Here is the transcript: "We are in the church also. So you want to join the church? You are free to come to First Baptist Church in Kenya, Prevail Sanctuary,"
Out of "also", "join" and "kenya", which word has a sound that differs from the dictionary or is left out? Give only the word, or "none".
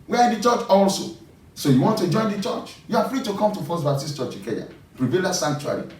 kenya